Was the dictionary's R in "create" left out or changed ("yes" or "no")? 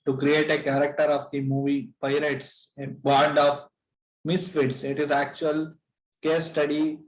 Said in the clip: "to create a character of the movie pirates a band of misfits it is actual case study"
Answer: no